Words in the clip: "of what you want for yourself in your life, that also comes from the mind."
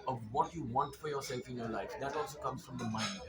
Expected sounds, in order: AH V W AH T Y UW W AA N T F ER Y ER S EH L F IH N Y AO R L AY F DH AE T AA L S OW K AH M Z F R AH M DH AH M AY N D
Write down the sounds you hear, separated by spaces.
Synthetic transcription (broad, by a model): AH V W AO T Y UW W AA N T F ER Y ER S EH L F IH N Y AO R L AY F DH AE T AA L S OW K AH M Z F R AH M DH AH M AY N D